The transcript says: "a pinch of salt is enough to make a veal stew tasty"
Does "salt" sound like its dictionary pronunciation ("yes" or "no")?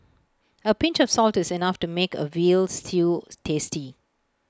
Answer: yes